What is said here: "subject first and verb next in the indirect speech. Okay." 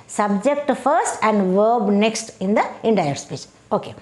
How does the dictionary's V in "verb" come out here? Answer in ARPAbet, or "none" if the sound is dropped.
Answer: V